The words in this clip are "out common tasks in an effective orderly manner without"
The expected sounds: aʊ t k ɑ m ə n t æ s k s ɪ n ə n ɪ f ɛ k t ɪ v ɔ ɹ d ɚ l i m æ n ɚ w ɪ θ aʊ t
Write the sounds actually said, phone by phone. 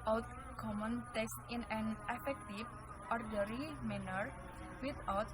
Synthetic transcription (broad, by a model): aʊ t k ɑ m ə n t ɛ s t ɪ n ə n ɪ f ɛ k t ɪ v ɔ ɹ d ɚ i m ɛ n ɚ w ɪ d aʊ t